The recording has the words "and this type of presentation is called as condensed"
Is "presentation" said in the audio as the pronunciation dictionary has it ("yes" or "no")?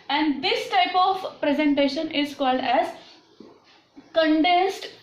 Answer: yes